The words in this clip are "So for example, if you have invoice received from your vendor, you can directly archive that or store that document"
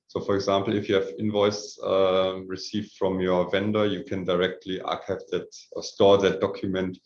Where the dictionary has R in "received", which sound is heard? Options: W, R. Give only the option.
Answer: R